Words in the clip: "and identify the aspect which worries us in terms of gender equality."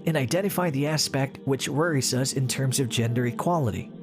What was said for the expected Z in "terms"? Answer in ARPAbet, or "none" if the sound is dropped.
Z